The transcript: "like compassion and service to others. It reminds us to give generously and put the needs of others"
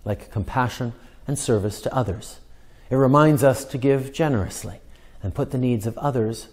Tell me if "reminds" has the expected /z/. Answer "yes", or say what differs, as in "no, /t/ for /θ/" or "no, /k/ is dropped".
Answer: yes